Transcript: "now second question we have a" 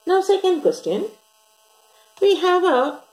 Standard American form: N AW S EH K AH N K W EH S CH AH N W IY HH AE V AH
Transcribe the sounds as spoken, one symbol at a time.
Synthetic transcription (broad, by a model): N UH S EH K AH N K W EH S CH AH N W IY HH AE V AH